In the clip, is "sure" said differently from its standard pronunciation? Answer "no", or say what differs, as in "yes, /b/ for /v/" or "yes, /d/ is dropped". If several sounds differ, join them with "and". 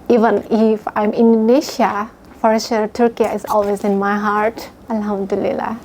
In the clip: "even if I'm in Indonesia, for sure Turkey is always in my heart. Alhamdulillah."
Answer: yes, /s/ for /ʃ/